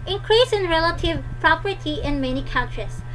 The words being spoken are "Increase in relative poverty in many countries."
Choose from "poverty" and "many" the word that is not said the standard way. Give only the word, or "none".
poverty